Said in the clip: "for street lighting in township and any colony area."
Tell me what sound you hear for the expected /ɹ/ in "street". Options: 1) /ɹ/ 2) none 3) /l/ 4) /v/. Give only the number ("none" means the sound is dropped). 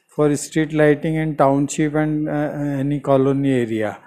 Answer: 1